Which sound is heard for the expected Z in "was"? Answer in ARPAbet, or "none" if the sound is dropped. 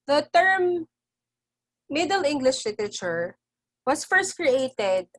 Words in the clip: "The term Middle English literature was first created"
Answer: S